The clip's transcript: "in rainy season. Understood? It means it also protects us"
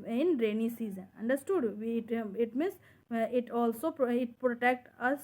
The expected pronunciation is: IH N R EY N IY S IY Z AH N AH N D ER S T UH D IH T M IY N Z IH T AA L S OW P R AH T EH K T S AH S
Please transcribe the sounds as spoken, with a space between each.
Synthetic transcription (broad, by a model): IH N R EY N IY S IY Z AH N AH N D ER S T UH D IH T M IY N S IH T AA L S OW P R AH T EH K T AH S